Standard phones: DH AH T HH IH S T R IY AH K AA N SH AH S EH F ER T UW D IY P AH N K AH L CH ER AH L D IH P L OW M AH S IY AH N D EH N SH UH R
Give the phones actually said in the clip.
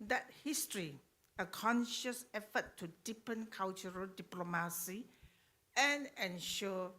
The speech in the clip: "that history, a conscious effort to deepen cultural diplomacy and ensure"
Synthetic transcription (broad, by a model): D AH T HH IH S T R IY AH K AA N SH AH S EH F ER T UW D IY P AH N K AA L CH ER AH L D IH P L OW M AH S IY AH N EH N SH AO